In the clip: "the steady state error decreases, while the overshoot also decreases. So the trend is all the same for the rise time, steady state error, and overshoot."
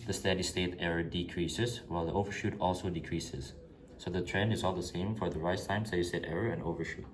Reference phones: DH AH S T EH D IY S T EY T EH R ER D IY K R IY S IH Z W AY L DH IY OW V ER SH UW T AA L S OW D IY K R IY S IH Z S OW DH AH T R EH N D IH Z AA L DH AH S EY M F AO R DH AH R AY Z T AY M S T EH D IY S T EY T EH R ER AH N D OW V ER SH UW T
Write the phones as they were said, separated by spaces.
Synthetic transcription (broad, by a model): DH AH S T EH D IY S T EY T EH R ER D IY K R IY S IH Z W AY L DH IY OW V ER SH UW T AA L S OW D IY K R IY S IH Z S OW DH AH T R EH N D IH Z AA L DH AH S EY M F AO R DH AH R AY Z T AY M S T EH D IY S T EY T EH R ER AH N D OW V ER SH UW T